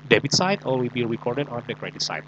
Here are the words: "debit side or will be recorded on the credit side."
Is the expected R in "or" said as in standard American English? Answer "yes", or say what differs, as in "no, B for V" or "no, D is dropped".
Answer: no, L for R